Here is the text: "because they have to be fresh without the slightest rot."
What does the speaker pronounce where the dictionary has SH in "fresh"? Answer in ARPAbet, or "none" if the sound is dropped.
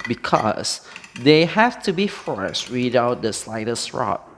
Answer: S